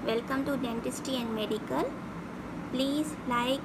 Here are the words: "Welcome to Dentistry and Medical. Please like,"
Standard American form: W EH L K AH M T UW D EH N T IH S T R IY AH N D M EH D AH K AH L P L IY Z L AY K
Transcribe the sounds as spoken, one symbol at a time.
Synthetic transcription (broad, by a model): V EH L K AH M T UW D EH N T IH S T IY AH N D M EH D AH K AH L P L IY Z L AY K